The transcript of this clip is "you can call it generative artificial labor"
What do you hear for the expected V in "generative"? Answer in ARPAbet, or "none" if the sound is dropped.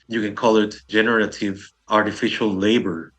V